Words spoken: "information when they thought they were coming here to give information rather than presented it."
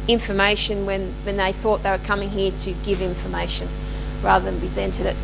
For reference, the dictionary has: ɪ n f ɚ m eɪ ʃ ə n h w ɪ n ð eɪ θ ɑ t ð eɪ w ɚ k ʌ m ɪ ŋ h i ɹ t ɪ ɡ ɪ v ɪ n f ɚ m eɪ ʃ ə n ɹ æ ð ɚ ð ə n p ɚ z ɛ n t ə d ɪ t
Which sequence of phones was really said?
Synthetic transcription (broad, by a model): ɪ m f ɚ m eɪ ʃ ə n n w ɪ n ð eɪ θ ɑ t ð eɪ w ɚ k ʌ m ɪ ŋ h i ɹ t ɪ ɡ ɪ v ɪ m f ɚ m eɪ ʃ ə n ɹ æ ð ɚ ð ə n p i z ɛ n t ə d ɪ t